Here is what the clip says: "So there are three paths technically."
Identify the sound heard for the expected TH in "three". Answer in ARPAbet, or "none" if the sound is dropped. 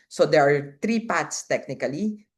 T